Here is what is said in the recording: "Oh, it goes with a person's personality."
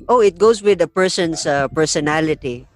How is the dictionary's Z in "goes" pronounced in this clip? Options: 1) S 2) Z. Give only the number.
1